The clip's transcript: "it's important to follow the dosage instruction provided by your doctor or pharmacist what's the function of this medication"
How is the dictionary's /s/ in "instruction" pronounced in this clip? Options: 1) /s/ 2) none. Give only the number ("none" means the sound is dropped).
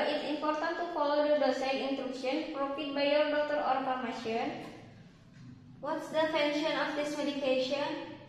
2